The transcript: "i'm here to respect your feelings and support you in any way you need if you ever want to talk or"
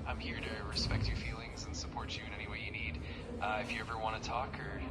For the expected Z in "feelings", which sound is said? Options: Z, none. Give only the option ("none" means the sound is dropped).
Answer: Z